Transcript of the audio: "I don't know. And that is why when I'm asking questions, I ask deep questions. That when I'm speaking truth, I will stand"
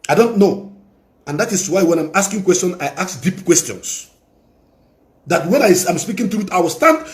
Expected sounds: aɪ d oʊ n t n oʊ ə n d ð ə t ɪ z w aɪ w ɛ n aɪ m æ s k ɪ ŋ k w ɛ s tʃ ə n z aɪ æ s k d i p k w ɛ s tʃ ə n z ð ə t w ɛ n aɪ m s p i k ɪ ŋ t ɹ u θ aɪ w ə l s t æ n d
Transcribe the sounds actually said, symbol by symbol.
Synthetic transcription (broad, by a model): aɪ d oʊ n t n oʊ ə n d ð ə t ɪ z w aɪ w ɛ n aɪ m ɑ s k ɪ ŋ k w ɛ s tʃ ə n aɪ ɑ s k d i p k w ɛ s tʃ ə n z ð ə t w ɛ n aɪ m s p i k ɪ ŋ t u t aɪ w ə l s t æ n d